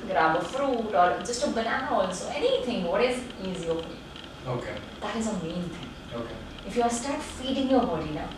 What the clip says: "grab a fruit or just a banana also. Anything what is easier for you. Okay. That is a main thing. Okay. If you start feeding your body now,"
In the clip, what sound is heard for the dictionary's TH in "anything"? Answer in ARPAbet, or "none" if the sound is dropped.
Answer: T